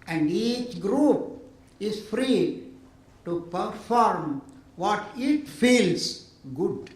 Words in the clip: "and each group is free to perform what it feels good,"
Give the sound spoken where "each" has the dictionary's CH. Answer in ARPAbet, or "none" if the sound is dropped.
CH